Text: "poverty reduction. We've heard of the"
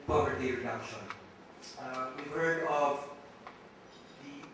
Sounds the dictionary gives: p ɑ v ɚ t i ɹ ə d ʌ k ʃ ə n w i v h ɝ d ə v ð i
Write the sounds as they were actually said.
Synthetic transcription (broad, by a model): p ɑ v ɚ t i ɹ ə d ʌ ʃ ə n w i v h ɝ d ə v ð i